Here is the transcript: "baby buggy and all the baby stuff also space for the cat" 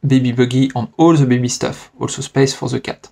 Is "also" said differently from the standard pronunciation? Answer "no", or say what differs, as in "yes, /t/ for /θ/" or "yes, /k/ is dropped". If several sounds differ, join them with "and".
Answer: no